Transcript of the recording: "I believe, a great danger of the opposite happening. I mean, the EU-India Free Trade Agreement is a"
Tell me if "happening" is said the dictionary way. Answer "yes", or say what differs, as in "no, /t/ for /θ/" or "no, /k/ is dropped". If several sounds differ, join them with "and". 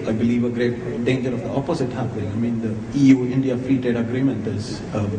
no, /n/ is dropped